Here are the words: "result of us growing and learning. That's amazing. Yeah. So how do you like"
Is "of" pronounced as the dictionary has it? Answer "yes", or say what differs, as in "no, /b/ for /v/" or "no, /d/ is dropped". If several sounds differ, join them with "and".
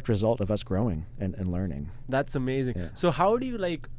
yes